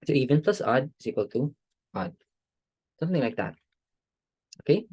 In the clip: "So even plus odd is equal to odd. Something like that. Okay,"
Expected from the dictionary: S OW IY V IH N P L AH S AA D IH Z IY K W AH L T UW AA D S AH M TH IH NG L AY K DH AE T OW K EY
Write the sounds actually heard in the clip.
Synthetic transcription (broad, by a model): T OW IY V IH N P L AH S AA D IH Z IY K W AH L T UW AA D S AH M TH IH NG L AY K DH AE T OW K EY